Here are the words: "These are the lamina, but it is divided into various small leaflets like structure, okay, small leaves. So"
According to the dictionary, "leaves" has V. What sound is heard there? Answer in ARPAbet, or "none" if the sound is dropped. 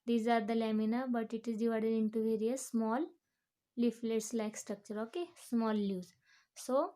none